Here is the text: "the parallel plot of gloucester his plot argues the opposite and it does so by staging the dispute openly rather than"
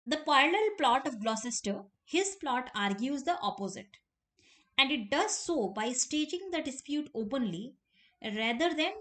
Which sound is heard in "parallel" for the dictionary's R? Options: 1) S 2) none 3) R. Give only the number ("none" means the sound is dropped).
2